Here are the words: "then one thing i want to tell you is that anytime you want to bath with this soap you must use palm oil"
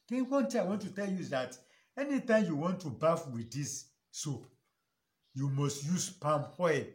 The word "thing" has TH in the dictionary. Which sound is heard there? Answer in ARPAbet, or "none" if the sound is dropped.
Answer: T